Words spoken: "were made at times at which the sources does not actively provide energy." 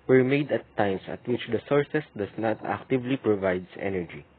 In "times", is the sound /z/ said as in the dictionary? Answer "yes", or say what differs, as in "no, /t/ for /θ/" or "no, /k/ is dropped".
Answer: no, /s/ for /z/